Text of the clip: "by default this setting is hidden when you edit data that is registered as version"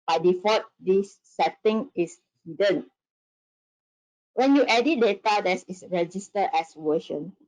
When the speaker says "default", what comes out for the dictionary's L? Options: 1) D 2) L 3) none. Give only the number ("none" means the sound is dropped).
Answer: 3